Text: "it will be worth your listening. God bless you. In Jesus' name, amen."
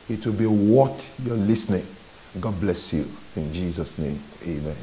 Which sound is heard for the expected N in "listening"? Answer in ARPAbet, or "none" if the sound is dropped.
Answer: N